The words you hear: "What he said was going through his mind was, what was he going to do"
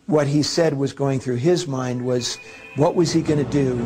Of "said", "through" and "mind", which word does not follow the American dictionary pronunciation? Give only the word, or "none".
none